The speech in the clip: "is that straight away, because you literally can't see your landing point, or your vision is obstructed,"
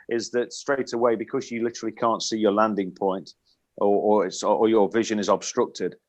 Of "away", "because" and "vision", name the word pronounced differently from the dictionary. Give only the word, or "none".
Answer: none